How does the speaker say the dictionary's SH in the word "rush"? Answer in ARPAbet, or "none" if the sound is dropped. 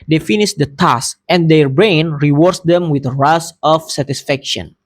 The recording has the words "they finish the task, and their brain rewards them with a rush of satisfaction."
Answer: S